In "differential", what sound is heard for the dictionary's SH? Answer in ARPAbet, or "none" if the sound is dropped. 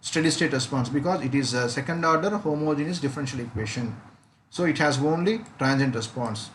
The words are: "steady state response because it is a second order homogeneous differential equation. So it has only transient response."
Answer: SH